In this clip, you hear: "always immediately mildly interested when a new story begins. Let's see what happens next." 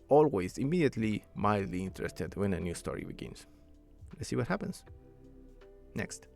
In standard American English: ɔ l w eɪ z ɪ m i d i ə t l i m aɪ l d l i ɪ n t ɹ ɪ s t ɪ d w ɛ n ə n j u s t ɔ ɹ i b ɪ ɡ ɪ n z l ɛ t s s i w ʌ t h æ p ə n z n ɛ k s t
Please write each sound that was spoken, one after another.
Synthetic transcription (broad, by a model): ɔ l w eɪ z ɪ m i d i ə t l i m aɪ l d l i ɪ n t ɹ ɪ s t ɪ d w ɛ n ə n j u s t ɔ ɹ i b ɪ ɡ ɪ n s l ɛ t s s i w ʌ t h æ p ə n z n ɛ k s t